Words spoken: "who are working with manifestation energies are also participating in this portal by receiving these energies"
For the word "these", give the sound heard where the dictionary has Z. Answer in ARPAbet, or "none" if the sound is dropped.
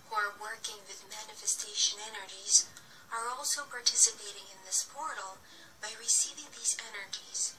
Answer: Z